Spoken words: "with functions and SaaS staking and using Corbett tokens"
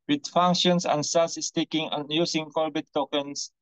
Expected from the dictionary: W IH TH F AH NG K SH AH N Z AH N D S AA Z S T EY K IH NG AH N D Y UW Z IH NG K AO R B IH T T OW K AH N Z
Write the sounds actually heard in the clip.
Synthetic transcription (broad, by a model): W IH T F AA NG K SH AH N S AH N S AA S S T EY K IH NG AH N Y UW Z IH NG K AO L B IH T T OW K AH N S